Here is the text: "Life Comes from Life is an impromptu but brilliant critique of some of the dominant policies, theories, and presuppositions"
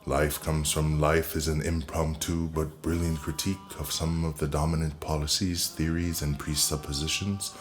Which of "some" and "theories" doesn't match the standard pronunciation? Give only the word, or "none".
none